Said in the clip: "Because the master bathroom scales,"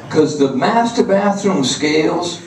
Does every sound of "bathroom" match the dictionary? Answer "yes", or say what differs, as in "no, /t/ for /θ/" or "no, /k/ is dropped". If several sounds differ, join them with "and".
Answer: yes